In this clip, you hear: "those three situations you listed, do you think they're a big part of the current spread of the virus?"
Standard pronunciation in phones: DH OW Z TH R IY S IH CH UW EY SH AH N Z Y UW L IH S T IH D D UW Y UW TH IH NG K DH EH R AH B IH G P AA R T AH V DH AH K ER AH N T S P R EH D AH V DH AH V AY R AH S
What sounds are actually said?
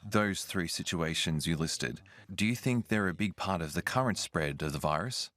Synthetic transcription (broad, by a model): DH OW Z TH R IY S IH CH UW EY SH AH N Z Y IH L IH S T IH D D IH Y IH TH IH NG K DH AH R AH B IH G P AA R T AH V DH AH K ER AH N T S P R EH D AH V DH AH V AY R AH S